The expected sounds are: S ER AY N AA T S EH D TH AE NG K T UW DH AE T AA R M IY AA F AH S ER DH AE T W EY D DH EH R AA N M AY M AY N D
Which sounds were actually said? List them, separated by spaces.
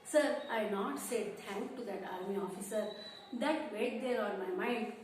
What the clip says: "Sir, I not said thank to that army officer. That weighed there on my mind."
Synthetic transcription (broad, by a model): S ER AY N AA T S EH D T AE NG K T UW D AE T AA R M IY AA F AH S ER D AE T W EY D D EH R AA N M AY M AY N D